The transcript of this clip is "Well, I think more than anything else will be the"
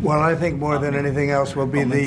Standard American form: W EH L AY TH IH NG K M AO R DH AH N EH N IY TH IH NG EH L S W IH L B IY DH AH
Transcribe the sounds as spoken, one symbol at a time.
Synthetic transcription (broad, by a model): W EH L AY TH IH NG K M AO R DH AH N EH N IY TH IH NG EH L S W IH L B IY DH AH